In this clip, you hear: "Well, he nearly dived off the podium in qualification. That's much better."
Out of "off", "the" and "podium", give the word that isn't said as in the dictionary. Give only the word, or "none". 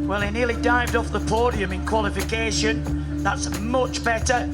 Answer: none